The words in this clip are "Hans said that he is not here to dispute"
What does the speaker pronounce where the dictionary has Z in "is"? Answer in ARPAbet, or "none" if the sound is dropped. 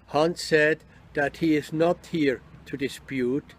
Z